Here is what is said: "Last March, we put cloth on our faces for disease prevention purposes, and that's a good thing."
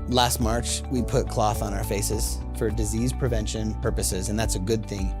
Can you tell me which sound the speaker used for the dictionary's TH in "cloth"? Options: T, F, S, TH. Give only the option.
TH